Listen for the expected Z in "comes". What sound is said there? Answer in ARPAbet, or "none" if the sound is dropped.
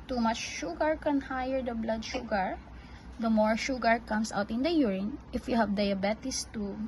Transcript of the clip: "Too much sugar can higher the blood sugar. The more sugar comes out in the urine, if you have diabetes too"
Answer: S